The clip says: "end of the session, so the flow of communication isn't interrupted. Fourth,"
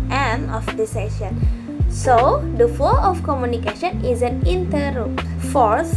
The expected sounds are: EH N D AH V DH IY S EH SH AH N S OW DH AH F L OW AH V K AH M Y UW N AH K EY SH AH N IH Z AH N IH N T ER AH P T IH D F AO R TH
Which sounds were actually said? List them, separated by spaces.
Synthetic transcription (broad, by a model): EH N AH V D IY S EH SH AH N S OW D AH F OW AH F K AH M Y UW N AH K EY SH AH N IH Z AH N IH N T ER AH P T F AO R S